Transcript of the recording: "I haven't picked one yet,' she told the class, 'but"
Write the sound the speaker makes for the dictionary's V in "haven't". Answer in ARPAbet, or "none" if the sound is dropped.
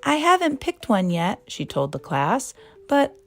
V